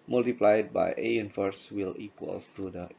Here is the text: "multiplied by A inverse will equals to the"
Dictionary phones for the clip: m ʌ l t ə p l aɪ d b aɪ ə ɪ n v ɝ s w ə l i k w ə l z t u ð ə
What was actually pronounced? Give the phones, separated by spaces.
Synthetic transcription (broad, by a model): m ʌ l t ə p l aɪ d b aɪ ə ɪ n f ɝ s w ə l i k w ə l s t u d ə